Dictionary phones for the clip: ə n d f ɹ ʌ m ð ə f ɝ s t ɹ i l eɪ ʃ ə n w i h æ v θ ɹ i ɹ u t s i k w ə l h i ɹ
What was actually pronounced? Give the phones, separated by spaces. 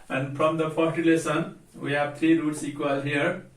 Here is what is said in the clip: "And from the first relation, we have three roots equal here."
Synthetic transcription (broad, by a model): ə n d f ɹ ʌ m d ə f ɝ t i l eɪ s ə n w i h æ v t ɹ i ɹ u t s i k w ə l h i ɹ